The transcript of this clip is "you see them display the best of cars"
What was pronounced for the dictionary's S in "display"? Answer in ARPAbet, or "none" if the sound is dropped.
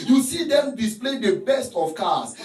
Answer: S